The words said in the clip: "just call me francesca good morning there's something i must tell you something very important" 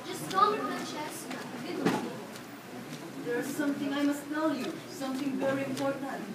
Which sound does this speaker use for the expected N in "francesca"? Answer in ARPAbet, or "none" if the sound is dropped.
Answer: none